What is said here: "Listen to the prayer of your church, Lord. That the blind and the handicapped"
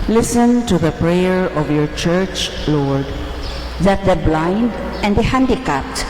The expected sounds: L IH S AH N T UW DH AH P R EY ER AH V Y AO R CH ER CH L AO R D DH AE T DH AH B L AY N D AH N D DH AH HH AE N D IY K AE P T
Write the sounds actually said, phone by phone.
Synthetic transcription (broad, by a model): L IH S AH N T UW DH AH P R EY ER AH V Y AO R CH ER CH L AO R D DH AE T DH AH B L AY N D AH N D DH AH HH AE N D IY K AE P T